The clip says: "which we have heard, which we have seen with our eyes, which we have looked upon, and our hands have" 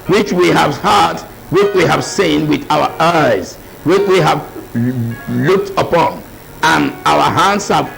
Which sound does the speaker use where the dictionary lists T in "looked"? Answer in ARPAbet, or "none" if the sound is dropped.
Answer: T